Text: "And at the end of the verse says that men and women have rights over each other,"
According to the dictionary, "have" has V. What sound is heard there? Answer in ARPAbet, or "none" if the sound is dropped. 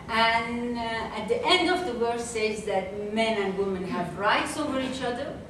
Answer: V